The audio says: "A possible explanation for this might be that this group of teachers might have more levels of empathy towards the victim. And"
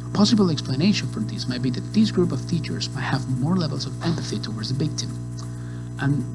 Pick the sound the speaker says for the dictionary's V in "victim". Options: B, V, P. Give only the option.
B